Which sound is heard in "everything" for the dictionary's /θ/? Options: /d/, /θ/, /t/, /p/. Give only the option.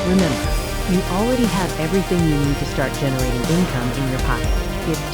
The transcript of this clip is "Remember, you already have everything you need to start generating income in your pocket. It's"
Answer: /θ/